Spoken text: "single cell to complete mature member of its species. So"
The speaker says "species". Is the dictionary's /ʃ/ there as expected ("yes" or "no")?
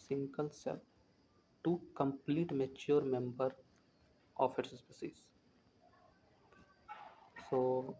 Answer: no